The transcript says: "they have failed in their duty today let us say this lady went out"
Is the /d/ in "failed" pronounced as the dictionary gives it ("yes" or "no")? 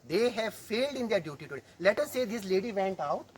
yes